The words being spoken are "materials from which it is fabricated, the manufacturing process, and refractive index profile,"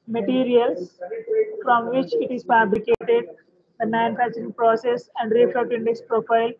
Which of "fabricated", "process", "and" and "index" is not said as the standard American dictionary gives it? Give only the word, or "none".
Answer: none